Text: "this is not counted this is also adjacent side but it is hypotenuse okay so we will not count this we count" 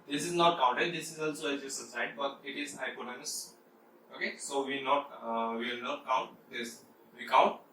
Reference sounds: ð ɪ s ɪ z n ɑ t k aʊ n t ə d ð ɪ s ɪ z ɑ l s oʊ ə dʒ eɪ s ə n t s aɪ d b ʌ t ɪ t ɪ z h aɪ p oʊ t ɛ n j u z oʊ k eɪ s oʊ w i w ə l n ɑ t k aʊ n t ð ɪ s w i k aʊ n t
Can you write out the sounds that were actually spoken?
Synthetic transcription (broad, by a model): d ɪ s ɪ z n ɑ t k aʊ n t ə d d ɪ s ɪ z ɑ l s oʊ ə z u s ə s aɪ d b ʌ t ɪ t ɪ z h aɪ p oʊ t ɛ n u s oʊ k eɪ s oʊ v i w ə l n ɑ t k aʊ n t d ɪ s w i k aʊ n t